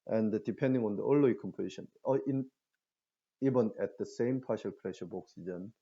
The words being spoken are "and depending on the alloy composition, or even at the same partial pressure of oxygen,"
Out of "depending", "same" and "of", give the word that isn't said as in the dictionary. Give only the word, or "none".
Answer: of